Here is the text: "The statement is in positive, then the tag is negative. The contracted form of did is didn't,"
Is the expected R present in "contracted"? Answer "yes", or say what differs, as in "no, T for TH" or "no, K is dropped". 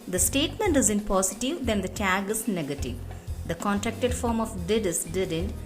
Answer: yes